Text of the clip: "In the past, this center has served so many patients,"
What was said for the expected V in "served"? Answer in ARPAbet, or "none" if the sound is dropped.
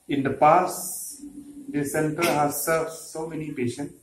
none